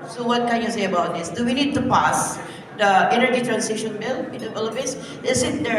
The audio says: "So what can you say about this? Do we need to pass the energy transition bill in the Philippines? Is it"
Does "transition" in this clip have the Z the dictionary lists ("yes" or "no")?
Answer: no